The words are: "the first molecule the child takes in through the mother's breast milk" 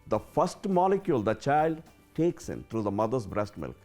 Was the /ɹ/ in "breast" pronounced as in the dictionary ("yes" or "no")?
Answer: yes